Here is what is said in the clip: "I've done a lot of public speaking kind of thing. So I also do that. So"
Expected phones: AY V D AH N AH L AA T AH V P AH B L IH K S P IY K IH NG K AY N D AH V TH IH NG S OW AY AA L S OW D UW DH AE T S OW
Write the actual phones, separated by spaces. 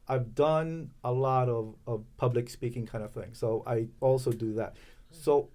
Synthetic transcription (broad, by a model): AY V D AH N AH L AA T AH V P AH B L IH K S P IY K IH NG K AY N D AH V TH IH NG S OW AY AA L S OW D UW DH AE T S OW